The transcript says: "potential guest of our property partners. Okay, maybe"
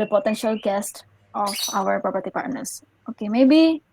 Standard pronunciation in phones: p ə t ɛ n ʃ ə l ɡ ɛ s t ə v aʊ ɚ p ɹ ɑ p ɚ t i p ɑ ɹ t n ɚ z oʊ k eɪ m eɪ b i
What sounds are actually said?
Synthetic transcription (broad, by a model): p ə t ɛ n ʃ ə l ɡ ɛ s t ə f aʊ ɚ p ɹ ɑ p ɚ t i p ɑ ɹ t n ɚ s oʊ k eɪ m eɪ b i